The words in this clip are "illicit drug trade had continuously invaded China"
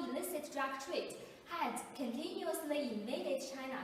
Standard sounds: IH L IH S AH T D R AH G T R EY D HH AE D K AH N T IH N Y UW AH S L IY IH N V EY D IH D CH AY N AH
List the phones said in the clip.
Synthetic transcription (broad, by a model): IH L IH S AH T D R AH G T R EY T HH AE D K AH N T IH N Y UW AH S N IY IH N EY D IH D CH AY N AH